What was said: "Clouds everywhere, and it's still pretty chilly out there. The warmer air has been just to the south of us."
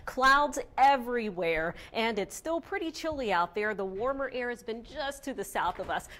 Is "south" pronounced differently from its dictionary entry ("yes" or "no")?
no